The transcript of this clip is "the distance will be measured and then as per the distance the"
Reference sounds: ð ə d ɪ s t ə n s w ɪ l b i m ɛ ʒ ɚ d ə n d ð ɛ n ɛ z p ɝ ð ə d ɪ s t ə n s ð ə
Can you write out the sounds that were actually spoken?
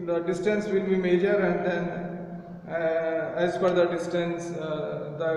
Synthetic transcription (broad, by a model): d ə d ɪ s t ə n s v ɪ l b i m ɛ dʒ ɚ d ə n d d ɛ n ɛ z f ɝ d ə d ɪ s t ə n s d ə